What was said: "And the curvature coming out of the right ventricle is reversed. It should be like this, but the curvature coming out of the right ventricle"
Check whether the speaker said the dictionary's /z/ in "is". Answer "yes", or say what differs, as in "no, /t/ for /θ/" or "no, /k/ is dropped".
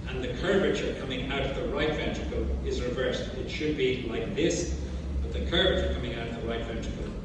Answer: yes